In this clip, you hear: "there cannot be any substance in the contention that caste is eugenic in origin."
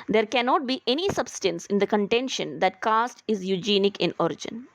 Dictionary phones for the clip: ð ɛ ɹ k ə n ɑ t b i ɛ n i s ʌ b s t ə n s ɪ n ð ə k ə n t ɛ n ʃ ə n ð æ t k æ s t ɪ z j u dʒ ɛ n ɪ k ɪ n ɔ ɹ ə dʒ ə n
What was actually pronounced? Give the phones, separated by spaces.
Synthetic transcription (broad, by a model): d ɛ ɹ k ə n ɑ t b i ɛ n i s ʌ b s t ə n s ɪ n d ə k ə n t ɛ n ʃ ə n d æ t k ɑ s t ɪ z j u dʒ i n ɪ k ɪ n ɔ ɹ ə dʒ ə n